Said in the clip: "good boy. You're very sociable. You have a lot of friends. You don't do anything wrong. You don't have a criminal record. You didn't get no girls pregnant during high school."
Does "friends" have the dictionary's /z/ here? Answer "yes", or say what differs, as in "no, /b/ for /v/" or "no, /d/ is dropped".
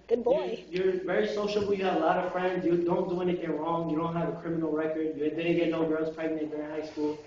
yes